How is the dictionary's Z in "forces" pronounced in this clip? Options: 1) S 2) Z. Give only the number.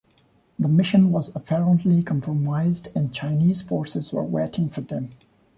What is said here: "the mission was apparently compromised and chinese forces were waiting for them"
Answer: 2